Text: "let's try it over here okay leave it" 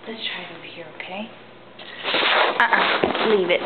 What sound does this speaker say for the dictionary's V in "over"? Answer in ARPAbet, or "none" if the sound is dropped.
B